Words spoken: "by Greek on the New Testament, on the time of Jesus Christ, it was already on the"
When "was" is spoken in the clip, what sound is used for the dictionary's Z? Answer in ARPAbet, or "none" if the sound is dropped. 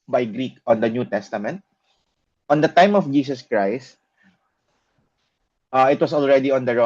S